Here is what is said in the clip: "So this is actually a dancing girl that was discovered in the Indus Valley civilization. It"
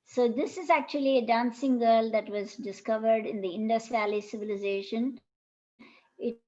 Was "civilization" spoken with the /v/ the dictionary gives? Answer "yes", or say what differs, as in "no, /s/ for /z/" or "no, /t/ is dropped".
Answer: yes